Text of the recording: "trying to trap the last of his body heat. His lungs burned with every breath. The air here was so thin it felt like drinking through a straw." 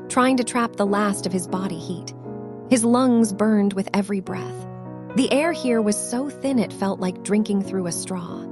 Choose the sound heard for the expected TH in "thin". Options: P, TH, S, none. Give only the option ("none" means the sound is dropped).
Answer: TH